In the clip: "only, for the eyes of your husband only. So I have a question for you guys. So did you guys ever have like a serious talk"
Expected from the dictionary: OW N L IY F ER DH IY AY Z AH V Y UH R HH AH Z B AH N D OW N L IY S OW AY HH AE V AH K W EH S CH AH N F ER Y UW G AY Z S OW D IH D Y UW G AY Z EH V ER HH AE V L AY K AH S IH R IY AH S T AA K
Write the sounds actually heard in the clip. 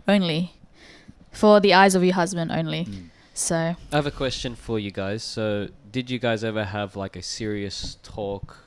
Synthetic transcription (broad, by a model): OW N L IY F ER DH IY AY Z AH V Y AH R HH AH Z B AH N D OW N L IY S OW AY V AH K W EH S CH AH N F ER Y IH G AY Z S OW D IH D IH G AY Z EH V ER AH V L AY K AH S IH R IY AH S T AA K